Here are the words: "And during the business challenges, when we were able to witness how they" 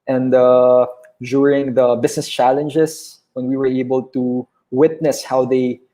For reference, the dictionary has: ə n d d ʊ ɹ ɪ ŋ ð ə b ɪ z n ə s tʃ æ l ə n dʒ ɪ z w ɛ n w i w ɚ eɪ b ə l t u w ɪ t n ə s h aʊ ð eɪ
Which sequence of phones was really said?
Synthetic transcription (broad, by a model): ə n d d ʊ ɹ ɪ ŋ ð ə b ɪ s n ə s tʃ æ l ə n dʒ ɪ s w ɛ n w i w ɚ eɪ b ə l t u w ɪ t n ə s h aʊ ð eɪ